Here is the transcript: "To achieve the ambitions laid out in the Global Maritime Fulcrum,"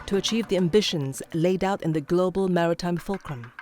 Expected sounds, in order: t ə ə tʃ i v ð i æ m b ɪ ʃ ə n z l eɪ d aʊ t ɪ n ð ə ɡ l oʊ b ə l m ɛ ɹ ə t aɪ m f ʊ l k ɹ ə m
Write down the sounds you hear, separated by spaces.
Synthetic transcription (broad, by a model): t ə ə tʃ i v ð i æ m b ɪ ʃ ə n z l eɪ d aʊ t ɪ n ð ə ɡ l oʊ b ə l m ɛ ɹ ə t aɪ m f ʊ l k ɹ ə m